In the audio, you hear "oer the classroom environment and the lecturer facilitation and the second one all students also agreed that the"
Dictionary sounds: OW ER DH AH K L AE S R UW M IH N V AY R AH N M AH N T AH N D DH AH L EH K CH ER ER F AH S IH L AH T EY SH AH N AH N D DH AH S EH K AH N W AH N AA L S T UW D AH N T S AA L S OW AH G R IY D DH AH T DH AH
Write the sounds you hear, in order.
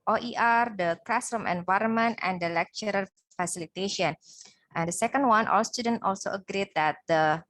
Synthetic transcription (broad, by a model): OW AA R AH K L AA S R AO M IH N V AY R AH N M AH N T AH N D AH L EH K CH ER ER F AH S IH L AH T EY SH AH N AH N D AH S EH K AH N W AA N AA L S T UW D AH N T AA L S OW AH G R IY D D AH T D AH